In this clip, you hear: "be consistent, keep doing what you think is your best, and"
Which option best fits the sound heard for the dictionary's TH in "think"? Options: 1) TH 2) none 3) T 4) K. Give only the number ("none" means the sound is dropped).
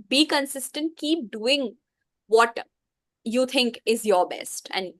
3